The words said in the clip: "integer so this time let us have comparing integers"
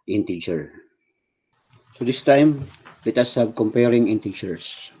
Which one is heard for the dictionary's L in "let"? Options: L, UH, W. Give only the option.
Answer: W